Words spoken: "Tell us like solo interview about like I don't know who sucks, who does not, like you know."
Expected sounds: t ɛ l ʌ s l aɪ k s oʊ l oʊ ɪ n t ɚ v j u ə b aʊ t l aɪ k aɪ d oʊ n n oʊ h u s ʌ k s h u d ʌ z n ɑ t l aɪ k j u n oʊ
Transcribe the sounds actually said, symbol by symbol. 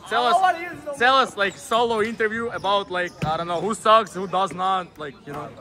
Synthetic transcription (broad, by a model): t ɛ l ʌ s l aɪ k s oʊ l oʊ ɪ n t ɚ v j u ə b aʊ t l aɪ k aɪ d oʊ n n oʊ h u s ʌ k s h u d ʌ z n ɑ t l aɪ k j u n oʊ